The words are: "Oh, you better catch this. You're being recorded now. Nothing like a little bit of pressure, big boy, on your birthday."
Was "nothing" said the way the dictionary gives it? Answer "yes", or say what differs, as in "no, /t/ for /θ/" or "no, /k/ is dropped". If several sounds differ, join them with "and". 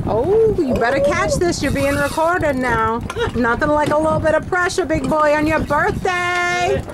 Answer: yes